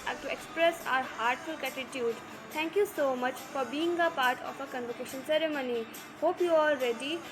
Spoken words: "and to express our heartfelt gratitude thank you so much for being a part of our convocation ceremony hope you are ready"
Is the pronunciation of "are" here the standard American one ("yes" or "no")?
no